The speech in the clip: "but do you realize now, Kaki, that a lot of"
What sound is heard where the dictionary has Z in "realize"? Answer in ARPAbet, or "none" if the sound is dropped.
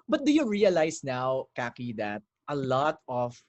S